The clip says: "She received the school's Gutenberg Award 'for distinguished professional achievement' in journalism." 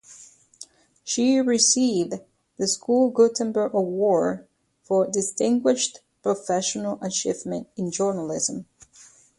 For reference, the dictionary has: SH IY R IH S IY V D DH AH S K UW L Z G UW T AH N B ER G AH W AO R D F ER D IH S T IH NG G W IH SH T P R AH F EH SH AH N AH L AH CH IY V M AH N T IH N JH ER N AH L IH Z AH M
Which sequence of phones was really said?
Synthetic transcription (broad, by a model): SH IY R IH S IY V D DH AH S K UW L G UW T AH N B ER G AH W AO R F ER D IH S T IH NG G W IH SH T P R AH F EH SH AH N AH L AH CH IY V M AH N T IH N JH ER N AH L IH Z AH M